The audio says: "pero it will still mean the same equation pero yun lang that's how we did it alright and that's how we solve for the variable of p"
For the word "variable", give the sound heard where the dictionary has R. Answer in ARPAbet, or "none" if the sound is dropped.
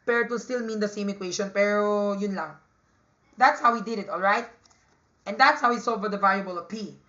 L